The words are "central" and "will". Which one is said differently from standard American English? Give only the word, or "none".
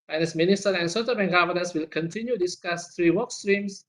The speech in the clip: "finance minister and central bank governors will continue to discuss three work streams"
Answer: central